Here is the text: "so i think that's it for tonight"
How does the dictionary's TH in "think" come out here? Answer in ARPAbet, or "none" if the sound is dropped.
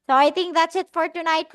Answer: T